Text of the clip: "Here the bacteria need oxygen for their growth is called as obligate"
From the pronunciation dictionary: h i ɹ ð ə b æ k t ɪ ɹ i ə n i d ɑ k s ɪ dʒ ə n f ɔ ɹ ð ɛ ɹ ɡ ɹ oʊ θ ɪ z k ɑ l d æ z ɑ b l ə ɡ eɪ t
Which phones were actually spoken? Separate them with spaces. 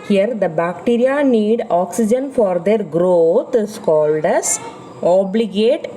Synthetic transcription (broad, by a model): h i ɹ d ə b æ k t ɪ ɹ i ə n i d ɑ k s ɪ dʒ ə n f ɔ ɹ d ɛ ɹ ɡ ɹ oʊ t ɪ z k ɑ l d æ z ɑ b l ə ɡ eɪ t